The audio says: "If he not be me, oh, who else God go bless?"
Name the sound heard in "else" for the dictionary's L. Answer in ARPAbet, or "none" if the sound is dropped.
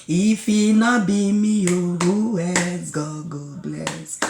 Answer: none